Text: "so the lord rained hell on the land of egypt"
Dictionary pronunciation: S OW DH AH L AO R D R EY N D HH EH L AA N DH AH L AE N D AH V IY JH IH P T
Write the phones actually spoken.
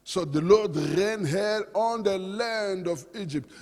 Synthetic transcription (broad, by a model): S OW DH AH L AO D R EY N HH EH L AA N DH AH L AE N D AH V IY JH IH P T